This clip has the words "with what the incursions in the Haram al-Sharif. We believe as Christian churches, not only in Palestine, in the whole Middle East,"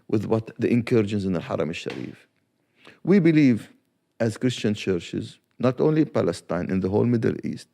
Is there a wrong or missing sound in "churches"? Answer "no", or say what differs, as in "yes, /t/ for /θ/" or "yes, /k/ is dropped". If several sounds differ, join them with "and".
no